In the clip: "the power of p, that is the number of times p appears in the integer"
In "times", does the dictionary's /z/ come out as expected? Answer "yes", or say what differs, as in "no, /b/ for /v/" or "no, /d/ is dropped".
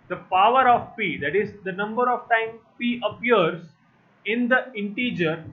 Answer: no, /z/ is dropped